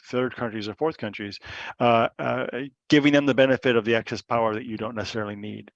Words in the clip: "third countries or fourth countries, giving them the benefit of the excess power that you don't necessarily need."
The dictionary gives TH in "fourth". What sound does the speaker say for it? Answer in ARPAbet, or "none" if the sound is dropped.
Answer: TH